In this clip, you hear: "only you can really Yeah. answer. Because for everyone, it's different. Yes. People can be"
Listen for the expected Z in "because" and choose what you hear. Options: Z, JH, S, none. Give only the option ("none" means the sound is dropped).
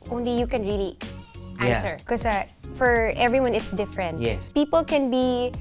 none